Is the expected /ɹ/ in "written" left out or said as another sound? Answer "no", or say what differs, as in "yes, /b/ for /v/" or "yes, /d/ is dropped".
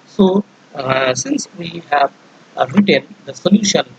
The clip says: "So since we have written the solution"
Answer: no